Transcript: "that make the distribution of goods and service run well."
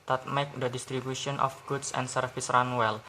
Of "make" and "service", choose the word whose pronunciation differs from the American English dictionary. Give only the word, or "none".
service